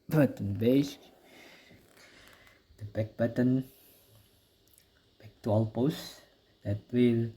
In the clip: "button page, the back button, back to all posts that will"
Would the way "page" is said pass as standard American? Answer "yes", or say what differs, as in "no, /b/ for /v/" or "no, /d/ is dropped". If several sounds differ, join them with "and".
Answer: no, /b/ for /p/